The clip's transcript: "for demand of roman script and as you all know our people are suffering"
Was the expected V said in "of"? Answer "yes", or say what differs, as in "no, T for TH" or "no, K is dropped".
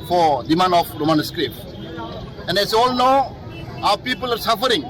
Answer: no, P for V